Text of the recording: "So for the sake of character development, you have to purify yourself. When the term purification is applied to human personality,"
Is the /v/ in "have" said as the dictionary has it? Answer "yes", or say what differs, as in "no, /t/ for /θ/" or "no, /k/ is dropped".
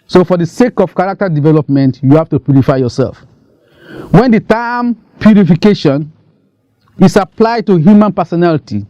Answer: no, /f/ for /v/